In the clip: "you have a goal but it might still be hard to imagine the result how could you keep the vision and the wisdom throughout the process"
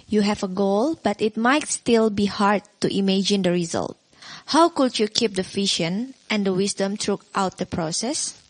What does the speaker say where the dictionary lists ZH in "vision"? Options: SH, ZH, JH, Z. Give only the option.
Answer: SH